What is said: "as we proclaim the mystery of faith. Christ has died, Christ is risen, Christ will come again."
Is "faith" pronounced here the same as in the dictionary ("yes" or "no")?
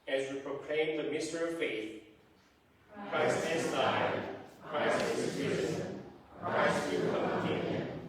yes